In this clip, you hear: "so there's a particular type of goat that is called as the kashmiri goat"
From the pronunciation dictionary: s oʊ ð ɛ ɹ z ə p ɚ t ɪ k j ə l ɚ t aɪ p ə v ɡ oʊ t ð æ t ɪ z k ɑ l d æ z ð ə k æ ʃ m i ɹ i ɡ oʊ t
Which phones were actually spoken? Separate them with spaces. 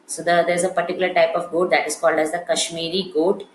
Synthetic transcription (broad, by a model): s oʊ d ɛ ɹ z ə p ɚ t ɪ k j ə l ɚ t aɪ p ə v ɡ oʊ t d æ t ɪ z k ɑ l d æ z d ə k æ ʃ m i ɹ i ɡ oʊ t